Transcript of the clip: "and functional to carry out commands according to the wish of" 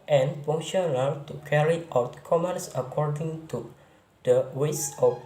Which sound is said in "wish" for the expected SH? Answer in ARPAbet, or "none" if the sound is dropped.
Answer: S